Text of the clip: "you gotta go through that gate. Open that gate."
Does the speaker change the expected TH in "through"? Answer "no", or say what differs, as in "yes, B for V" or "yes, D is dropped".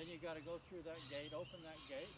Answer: no